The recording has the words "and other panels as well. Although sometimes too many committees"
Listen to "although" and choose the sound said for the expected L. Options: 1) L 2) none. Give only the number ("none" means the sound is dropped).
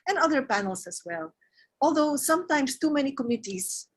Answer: 1